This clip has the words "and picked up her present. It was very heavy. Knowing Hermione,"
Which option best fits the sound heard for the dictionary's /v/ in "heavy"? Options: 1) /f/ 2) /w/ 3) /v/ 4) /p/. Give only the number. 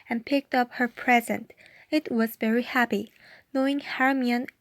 4